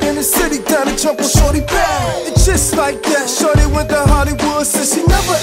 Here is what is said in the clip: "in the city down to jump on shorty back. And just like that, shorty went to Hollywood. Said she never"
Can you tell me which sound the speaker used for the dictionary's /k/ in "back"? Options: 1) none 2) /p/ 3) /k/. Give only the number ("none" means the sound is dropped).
1